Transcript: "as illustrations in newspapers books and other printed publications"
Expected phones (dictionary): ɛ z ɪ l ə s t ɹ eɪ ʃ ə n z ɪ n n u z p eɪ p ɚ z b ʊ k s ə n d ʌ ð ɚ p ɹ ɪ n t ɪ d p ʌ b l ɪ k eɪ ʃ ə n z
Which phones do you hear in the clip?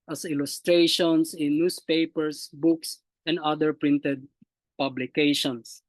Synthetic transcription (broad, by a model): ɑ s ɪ l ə s t ɹ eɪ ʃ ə n s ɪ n n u s p eɪ p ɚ s b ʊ k s ə n d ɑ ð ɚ p ɹ ɪ n t ɪ d p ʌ b l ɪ k eɪ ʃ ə n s